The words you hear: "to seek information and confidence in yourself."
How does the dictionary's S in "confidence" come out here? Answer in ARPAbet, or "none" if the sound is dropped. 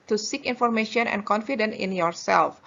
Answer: none